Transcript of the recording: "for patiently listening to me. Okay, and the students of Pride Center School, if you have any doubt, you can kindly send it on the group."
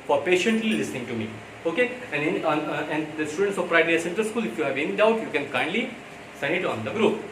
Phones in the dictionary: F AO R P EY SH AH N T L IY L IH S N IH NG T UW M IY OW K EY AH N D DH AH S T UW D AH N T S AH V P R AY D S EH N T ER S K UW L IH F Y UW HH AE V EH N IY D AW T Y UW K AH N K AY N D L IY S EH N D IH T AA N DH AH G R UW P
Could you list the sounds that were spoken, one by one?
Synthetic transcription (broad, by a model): F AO R P EY SH AH N T L IY L IH S N IH NG T UW M IY OW K EY AH N D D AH S T UW D AH N T S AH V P R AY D S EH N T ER S K UW L IH F Y UW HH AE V EH N IY D AW T Y UW K AH N K AY N D L IY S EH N IH T AA N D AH G R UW P